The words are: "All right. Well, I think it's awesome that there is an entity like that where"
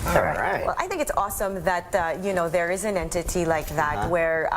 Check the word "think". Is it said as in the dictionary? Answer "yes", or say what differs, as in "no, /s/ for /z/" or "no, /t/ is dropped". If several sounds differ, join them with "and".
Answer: yes